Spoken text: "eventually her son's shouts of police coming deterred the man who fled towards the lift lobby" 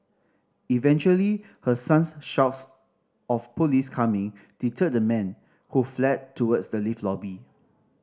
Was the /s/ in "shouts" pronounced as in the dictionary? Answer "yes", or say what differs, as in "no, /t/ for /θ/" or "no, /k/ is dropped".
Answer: yes